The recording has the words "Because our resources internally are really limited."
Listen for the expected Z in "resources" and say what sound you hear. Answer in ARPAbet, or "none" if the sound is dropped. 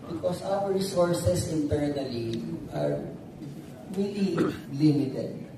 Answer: S